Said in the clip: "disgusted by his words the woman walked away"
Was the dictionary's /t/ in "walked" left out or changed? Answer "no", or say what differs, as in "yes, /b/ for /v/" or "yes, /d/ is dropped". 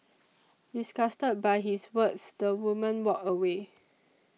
yes, /t/ is dropped